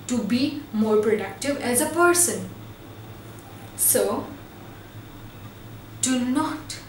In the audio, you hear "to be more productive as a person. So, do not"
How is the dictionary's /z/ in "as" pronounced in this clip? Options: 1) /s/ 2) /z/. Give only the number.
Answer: 2